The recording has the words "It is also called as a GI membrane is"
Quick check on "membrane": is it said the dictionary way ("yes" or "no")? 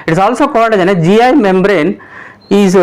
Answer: yes